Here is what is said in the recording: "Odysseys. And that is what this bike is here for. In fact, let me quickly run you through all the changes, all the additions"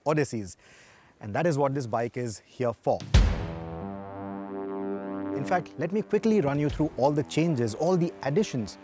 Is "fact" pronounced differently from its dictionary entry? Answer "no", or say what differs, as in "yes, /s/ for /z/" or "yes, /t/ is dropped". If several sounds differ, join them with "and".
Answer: no